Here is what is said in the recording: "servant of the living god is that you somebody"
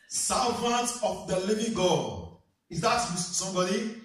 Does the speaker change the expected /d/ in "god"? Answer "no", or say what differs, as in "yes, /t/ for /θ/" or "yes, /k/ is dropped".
yes, /d/ is dropped